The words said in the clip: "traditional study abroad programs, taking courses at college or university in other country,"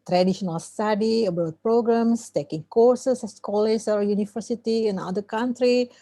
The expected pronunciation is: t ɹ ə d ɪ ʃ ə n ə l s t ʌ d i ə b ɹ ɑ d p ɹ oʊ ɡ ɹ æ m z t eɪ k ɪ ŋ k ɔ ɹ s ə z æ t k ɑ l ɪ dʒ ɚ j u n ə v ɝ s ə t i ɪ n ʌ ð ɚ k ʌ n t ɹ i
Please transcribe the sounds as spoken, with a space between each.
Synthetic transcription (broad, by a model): t ɹ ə d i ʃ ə n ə l s t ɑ d i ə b ɑ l p ɹ oʊ ɡ ɹ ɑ m s t eɪ k ɪ ŋ k ɔ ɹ s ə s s k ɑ l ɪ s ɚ j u n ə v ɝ s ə t i ɪ n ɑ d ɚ k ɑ n t ɹ i